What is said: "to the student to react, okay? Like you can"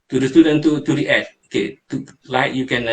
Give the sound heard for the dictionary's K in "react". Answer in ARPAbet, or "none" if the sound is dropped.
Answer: none